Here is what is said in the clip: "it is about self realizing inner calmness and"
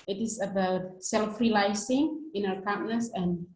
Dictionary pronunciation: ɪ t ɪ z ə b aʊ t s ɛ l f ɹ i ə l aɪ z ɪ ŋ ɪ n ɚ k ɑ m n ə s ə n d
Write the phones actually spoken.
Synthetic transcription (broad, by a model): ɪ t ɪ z ə b aʊ t s ɛ l f ɹ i l aɪ s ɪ ŋ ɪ n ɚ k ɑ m n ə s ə n